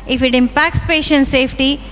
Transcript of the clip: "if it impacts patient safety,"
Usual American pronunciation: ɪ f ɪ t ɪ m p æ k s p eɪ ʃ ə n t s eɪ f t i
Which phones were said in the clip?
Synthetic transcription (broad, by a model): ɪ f ɪ t ɪ m p æ k s p eɪ ʃ ə n t s eɪ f t i